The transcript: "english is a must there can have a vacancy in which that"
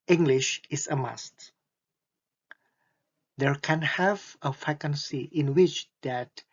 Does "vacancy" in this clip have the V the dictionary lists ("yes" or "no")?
no